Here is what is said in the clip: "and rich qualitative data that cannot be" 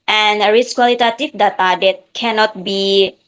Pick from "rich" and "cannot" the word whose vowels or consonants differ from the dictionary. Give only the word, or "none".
rich